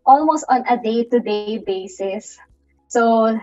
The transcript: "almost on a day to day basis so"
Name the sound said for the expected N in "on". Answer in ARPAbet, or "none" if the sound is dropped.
N